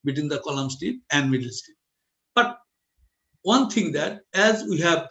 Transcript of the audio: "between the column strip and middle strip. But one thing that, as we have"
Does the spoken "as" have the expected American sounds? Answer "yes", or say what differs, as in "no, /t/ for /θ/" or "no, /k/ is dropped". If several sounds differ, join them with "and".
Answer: yes